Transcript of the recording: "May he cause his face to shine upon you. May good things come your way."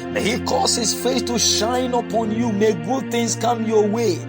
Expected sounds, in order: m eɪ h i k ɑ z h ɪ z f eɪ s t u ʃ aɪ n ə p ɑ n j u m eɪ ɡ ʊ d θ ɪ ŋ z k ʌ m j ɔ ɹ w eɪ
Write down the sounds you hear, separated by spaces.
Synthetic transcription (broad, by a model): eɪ h i k ɑ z h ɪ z f eɪ θ t u ʃ aɪ n ə p ɑ n j u m eɪ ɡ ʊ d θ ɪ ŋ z k ʌ m j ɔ w eɪ